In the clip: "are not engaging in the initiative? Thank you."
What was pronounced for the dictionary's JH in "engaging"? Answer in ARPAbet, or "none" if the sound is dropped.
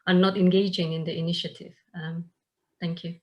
JH